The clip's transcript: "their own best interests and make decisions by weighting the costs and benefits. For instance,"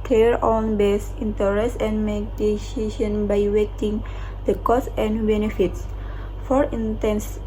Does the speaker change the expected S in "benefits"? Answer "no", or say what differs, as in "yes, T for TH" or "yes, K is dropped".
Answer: no